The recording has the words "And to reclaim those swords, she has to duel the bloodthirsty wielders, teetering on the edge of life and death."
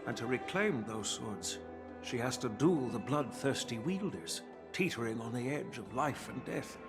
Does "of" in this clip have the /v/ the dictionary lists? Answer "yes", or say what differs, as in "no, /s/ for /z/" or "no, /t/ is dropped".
yes